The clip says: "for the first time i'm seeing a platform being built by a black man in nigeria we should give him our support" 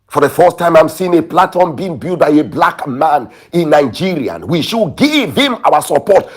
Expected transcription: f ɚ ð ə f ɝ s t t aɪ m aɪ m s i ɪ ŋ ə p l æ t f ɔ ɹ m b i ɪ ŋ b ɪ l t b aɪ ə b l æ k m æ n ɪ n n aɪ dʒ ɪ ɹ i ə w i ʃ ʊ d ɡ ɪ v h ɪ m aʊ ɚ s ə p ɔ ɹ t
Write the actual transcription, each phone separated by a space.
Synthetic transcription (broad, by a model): f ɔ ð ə f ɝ s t t aɪ m aɪ m s i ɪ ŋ ə p l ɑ t ɔ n b i ɪ ŋ b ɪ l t b aɪ ə b l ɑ k m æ n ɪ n n aɪ dʒ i ɹ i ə w i ʃ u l ɡ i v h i m aʊ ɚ s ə p ɔ t